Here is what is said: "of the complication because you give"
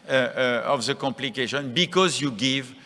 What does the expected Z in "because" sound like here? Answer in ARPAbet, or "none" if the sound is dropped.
Z